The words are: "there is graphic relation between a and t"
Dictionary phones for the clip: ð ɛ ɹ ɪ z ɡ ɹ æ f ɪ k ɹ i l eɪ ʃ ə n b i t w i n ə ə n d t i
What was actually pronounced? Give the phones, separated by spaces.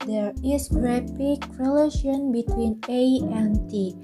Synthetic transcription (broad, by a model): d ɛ ɹ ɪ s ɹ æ p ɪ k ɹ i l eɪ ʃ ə n b i t w i n ə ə n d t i